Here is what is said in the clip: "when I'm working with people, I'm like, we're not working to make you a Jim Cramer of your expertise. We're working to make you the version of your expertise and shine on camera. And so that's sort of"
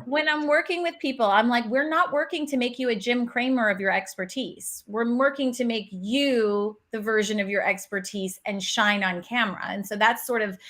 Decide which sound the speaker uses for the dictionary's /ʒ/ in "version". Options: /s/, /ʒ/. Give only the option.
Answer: /ʒ/